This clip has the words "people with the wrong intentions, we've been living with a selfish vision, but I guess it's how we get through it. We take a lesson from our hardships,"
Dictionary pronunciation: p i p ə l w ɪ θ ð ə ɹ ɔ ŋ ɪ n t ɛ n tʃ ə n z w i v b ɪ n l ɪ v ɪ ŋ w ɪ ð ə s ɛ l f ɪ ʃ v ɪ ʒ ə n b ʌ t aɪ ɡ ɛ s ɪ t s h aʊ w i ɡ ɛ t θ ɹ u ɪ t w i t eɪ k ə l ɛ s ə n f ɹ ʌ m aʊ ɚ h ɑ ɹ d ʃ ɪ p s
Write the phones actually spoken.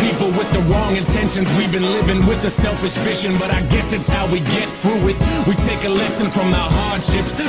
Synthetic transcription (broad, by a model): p i p l w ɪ ð ə ɹ ɔ ŋ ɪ n t ɛ n ʃ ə n z w i v b ɪ n l ɪ v ɪ ŋ w ɪ ð ə s ɛ l f ɪ ʃ f ɪ ʃ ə n b ʌ t aɪ ɡ ɛ s ɪ t s h aʊ w i ɡ ɛ t θ ɹ u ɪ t w i t eɪ k ə l ɛ s ə n f ɹ ʌ m aʊ ɚ h ɑ ɹ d ʃ ɪ p s